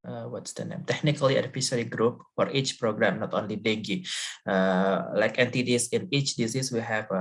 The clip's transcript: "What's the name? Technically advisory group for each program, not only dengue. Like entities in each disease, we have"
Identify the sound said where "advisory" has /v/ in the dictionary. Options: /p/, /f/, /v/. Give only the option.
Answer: /f/